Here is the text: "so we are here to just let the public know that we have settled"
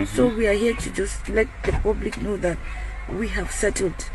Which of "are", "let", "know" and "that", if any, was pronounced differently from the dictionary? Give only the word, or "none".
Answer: none